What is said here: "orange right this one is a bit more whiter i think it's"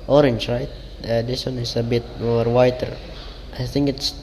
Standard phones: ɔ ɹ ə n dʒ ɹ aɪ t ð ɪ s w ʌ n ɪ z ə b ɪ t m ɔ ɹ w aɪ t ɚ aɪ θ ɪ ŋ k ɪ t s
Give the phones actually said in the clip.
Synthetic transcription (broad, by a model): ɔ ɹ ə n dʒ ɹ aɪ t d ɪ s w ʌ n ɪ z ə b ɪ t m ɔ ɹ w aɪ t ɚ aɪ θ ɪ ŋ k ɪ t s